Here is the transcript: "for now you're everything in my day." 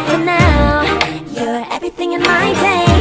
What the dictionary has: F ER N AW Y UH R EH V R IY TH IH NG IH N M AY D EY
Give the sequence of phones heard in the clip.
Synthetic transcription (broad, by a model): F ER N AW Y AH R EH V R IY TH IH NG IH N M AY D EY